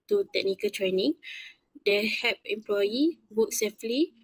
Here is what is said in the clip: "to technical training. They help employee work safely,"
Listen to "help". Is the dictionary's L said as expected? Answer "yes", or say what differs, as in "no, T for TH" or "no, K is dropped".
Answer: no, L is dropped